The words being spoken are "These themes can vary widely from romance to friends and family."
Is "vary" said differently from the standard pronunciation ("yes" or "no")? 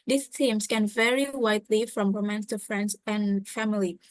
no